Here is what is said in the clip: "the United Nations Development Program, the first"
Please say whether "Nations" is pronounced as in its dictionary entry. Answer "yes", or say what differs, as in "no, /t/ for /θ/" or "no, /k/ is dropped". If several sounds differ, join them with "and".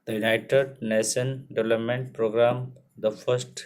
no, /z/ is dropped